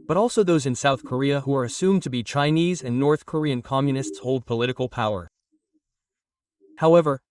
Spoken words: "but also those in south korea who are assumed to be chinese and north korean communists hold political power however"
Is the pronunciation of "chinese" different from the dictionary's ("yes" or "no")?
no